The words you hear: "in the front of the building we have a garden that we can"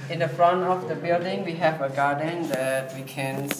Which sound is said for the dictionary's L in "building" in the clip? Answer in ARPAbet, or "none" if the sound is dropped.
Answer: L